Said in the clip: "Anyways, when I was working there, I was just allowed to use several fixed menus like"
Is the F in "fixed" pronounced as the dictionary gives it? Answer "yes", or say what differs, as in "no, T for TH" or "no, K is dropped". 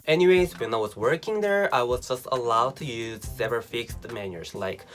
yes